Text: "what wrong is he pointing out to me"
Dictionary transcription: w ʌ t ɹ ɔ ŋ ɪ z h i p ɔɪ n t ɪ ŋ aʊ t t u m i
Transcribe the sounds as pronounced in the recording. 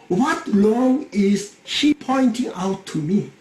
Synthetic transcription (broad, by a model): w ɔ t l ɔ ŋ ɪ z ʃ i p ɔɪ n t ɪ ŋ aʊ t t u m i